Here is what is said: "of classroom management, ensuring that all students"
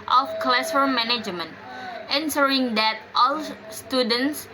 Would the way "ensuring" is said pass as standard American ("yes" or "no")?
no